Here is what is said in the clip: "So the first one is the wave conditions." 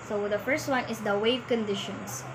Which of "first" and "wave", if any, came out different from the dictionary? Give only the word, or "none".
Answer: none